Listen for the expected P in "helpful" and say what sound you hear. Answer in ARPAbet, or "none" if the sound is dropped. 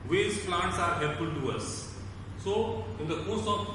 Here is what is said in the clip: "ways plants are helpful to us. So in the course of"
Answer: none